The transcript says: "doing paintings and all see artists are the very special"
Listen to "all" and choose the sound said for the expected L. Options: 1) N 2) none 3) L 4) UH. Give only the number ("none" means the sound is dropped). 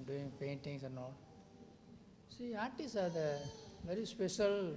3